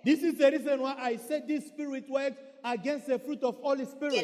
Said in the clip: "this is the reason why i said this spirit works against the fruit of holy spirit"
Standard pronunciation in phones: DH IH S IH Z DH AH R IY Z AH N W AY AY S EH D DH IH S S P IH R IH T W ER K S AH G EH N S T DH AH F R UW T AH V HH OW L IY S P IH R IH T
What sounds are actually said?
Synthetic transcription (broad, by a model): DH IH S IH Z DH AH R IY Z AH N W AY AY S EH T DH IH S S P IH R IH T W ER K AH G EH N S T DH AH F R UW T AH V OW L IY S P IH R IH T